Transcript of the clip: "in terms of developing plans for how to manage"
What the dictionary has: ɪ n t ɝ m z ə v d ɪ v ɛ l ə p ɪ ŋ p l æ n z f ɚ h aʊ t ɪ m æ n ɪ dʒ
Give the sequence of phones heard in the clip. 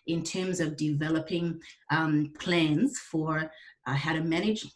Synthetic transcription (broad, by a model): ɪ n t ɝ m z ə v d ɪ v ɛ l ə p ɪ ŋ p l æ n z f ɚ h aʊ t ɪ m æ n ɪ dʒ